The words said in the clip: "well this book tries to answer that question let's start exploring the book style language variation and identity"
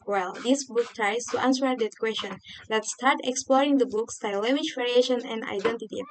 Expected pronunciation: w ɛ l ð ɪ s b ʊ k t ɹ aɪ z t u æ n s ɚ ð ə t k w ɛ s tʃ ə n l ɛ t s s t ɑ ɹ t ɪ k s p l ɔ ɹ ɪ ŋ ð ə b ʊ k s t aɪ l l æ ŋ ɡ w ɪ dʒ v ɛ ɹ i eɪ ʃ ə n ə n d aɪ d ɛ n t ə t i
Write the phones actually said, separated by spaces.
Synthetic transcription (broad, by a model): w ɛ l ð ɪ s b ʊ k t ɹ aɪ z t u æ n s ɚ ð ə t k w ɛ s tʃ ə n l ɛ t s s t ɑ ɹ t ɪ k s p l ɔ ɹ ɪ ŋ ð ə b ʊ k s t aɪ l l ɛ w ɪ ʃ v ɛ ɹ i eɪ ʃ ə n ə n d aɪ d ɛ n t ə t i